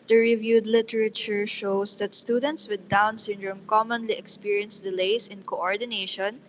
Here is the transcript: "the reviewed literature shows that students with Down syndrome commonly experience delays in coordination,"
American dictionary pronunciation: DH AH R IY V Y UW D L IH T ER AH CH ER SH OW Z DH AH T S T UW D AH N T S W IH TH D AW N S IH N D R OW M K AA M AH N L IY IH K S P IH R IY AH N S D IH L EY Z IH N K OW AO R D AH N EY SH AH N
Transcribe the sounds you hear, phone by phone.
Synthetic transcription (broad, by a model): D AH R IY V Y UW D L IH T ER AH CH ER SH OW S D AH T S T UW D AH N T S W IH D AW N S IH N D R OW M K AA M AH N L IY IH K S P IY R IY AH N S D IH L EY S IH N K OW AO R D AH N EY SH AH N